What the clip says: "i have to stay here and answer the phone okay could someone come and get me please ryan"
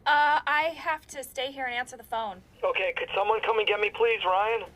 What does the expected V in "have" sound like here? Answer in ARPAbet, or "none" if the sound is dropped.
F